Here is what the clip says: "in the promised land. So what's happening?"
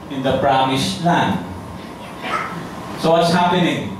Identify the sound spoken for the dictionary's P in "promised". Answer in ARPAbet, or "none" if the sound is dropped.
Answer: B